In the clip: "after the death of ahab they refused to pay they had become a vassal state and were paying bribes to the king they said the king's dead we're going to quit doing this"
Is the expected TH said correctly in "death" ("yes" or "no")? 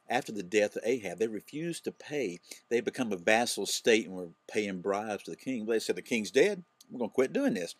yes